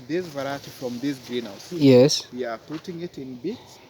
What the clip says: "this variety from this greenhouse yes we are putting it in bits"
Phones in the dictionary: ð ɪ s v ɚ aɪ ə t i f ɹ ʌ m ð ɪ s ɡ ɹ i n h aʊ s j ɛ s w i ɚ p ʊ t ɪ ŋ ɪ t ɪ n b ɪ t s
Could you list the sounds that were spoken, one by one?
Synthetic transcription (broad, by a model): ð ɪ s v ɚ aɪ ə t i f ɹ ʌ m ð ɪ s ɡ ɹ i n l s j ɛ s w i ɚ p ʊ t ɪ ŋ ɪ t ɪ n b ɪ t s